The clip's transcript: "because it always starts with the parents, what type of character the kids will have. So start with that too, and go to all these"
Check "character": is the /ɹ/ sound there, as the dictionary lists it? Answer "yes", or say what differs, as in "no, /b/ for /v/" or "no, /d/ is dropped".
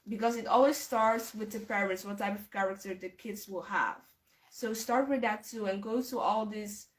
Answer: yes